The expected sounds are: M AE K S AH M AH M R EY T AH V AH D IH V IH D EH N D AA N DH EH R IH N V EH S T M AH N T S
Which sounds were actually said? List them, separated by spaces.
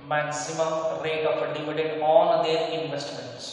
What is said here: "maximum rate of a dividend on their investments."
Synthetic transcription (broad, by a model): M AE K S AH M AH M R EY T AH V D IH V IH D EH D AA N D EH R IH N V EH S T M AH N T S